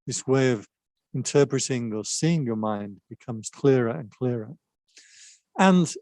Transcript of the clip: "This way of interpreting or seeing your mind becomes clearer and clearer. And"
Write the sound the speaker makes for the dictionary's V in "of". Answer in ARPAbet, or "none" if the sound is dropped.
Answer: V